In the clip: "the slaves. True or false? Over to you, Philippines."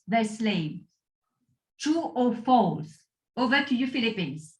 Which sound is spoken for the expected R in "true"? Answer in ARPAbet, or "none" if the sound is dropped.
none